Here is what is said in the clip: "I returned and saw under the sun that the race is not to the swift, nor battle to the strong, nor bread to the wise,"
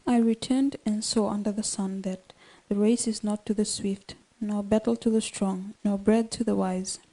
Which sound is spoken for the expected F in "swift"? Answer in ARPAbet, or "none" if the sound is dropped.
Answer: F